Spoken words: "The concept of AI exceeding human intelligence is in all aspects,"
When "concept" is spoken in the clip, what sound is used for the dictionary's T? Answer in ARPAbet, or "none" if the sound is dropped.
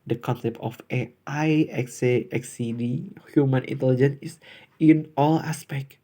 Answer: T